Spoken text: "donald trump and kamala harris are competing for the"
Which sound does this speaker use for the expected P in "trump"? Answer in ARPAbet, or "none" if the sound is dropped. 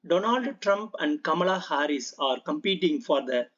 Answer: P